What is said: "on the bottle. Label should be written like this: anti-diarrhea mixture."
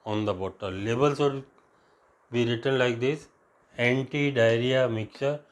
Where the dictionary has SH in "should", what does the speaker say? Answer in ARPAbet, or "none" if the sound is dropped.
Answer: S